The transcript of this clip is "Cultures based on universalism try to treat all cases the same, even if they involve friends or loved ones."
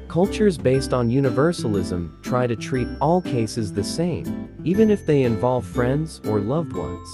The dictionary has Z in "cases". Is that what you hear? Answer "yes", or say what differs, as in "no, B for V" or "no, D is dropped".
yes